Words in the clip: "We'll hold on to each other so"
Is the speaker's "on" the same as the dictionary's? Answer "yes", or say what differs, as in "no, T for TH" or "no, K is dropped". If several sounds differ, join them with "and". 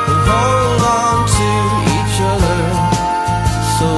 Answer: yes